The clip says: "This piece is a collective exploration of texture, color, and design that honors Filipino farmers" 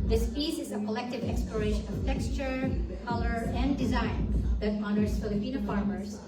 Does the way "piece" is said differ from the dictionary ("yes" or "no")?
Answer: yes